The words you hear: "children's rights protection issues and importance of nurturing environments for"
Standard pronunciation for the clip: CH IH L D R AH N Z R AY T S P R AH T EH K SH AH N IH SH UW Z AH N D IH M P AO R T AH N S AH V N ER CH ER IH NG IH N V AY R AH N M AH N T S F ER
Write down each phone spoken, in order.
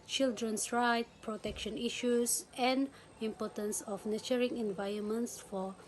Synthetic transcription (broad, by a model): CH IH L D R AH N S R AY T P R AH T EH K SH AH N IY SH UW S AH N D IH M P AO T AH N S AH F N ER CH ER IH NG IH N V AY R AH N M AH N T S F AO